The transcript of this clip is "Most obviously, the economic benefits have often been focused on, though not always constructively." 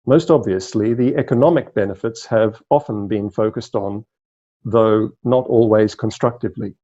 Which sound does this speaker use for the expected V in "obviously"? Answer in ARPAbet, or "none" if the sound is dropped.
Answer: V